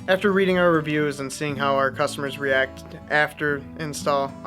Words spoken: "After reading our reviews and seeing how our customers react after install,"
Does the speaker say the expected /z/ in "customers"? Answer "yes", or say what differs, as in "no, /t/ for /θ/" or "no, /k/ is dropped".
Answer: yes